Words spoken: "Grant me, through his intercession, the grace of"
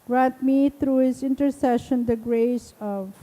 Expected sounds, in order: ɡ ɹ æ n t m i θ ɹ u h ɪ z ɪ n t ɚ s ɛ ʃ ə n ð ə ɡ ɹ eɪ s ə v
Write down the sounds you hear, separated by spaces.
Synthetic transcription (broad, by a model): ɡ ɹ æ n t m i t ɹ u h ɪ z ɪ n t ɚ s ɛ ʃ ə n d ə ɡ ɹ eɪ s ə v